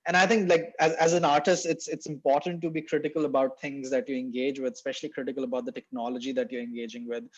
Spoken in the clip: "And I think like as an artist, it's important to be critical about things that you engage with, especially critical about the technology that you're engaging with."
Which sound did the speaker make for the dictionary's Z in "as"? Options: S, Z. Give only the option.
Z